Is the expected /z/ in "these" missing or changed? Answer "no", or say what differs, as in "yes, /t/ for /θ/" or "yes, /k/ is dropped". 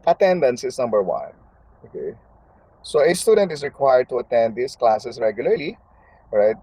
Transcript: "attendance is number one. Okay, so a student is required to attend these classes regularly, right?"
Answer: yes, /s/ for /z/